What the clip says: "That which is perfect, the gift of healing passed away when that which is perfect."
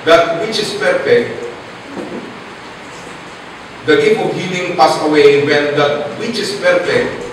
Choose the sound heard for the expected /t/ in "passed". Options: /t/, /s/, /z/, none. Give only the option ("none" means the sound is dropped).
none